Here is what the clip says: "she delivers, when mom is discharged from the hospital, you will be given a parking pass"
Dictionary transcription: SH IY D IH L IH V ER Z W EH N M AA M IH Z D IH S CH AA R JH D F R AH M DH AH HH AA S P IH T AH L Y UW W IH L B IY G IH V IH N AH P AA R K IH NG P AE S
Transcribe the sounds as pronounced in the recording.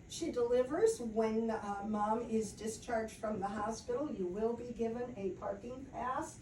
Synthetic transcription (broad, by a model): SH IY D IH L IH V ER Z W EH N M AA M IH Z D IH S CH AA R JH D F R AH M DH AH HH AA S P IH T L Y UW W IH L B IY G IH V IH N AH P AA R K IH NG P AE S